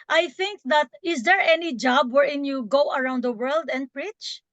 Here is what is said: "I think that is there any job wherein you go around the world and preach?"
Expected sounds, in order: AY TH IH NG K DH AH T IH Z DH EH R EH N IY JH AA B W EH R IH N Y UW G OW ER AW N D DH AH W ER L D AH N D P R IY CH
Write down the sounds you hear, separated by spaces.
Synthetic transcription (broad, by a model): AY TH IH NG K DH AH T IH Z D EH R EH N IY JH AA B W EH R IH N Y UW G OW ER AW N D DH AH W ER L D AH N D P R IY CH